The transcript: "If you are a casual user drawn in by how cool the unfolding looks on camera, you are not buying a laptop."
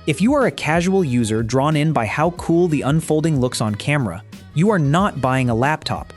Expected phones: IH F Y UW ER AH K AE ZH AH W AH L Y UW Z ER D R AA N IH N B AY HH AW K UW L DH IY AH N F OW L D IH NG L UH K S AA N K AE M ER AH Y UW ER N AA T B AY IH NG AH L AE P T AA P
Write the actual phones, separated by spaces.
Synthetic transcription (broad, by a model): IH F Y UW ER AH K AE ZH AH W L Y UW Z ER D R AA N IH N B AY HH AW K UW L DH IY AH N F OW L D IH NG L UH K S N K AE M ER AH Y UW ER N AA T B AY IH NG AH L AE P T AA P